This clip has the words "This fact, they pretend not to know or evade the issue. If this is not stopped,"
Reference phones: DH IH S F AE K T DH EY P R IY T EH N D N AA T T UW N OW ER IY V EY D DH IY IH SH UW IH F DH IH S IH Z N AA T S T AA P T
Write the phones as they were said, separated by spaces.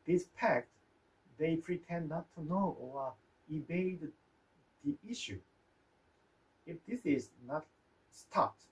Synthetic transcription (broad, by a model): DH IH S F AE K T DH EY P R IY T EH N N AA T T UW N OW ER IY B EY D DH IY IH SH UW IH F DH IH S IH Z N AA T S T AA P T